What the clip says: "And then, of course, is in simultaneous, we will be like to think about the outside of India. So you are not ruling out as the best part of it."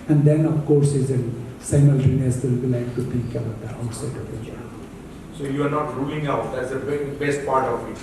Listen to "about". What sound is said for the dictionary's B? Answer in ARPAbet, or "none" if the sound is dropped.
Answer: none